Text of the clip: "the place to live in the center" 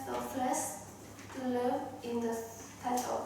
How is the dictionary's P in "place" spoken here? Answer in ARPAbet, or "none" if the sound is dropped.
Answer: F